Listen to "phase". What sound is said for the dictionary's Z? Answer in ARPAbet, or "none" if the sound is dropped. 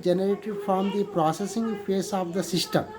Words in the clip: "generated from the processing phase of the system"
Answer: S